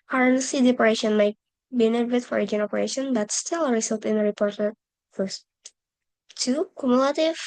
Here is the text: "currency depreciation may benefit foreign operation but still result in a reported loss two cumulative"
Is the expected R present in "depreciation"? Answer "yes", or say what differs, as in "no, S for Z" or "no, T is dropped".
no, R is dropped